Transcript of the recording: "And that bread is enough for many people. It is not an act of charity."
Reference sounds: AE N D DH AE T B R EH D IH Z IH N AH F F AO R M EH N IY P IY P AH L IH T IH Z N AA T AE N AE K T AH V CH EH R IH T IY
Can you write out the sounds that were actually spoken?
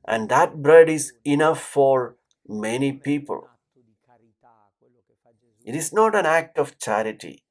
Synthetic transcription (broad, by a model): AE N D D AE T B R EH D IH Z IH N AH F F AO R M EH N IY P IY P AH L IH T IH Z N AA T AE N AE K T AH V CH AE R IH T IY